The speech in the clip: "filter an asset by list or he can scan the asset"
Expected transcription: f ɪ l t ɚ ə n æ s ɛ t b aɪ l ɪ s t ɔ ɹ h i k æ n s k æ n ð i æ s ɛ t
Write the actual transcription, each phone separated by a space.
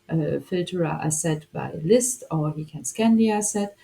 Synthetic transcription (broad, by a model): f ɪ l t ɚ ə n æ s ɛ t b aɪ l ɪ s t ɔ ɹ h i k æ n s k æ n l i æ s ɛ t